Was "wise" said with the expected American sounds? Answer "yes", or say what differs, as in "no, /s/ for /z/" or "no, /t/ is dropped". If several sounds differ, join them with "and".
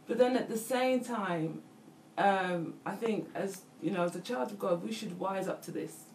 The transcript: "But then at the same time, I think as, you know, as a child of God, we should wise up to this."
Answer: yes